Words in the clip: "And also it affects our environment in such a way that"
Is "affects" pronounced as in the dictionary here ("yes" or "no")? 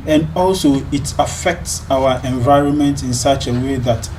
yes